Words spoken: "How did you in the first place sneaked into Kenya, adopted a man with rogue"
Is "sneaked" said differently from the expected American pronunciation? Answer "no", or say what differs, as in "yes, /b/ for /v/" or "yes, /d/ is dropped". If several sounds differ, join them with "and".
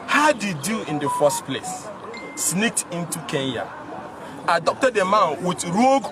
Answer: no